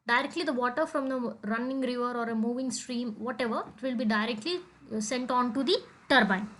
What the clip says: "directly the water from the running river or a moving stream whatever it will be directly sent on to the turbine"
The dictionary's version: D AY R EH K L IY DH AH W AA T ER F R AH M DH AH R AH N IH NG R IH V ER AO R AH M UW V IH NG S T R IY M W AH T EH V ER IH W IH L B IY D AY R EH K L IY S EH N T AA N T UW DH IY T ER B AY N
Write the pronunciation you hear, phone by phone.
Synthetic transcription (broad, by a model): D AY R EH K L IY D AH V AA T ER F R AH M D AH R AH N IH NG R IH V ER AO R AH M UW V IH NG S T R IY M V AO T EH V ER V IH L B IY D AY R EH K L IY S EH N T AA N T UW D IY T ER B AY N